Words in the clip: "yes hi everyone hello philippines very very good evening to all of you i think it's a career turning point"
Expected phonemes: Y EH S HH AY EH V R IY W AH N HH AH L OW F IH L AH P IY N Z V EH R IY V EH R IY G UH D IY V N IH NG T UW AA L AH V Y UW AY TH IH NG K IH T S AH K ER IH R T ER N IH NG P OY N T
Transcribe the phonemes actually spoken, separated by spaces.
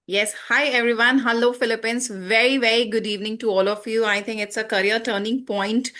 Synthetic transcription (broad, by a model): Y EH S HH AY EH V R IY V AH N HH AH L OW F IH L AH P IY N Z V EH R IY V EH R IY G UH D IY V N IH NG T UW AA L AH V Y UW AY T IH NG K IH T S AH K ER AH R T ER N IH NG P OY N T